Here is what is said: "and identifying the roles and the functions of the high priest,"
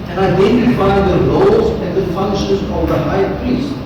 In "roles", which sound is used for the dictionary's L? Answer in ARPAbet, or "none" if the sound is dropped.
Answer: none